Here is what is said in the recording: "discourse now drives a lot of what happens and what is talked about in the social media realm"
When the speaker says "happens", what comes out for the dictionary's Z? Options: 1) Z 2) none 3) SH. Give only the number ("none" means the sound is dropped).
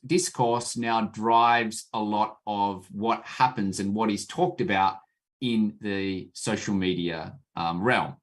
1